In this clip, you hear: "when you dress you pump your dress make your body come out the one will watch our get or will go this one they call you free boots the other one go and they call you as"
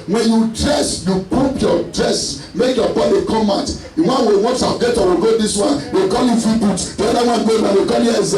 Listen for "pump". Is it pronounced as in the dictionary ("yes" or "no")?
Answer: no